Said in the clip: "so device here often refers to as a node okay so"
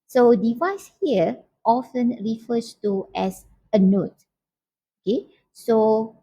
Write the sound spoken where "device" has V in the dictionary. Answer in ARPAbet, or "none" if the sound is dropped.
V